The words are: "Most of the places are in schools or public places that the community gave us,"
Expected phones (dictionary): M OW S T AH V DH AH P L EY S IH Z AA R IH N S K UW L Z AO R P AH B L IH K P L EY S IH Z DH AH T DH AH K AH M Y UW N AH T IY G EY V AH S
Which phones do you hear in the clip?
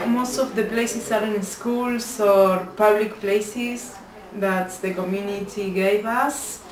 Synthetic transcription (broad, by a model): M OW S T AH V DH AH P L EY S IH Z AA R IH N S K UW L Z AO R P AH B L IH K P L EY S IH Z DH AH T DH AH K AH M Y UW N AH T IY G EY V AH S